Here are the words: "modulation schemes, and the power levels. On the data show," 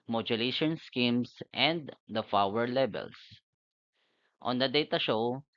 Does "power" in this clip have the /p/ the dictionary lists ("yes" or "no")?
no